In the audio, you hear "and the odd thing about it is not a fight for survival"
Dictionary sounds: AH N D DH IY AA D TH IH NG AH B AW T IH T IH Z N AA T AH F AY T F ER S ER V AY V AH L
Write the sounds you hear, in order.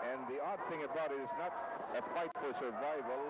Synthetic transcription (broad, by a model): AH N DH IY AA D TH IH NG AH B AW T IH T IH Z N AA T AH F AY T F ER S ER V AY V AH L